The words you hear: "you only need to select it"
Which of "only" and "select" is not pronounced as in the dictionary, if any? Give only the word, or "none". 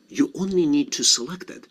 none